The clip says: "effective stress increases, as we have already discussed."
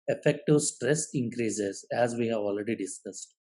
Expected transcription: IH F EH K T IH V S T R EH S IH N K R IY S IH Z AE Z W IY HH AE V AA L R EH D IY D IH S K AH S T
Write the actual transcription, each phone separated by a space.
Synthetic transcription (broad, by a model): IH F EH K T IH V S T R EH S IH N K R IY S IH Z AE Z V IY HH AE V AA L R EH D IY D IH S K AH S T